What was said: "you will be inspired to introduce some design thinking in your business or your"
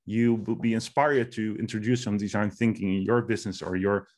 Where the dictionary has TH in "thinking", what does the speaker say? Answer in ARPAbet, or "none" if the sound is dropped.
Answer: TH